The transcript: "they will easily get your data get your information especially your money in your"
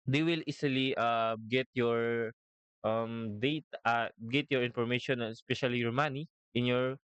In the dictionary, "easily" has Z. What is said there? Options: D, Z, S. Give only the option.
S